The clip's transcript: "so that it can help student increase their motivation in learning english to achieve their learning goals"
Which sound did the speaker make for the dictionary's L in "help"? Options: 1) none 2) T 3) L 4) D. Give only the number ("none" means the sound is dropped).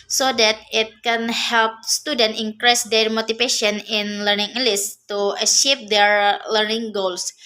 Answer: 3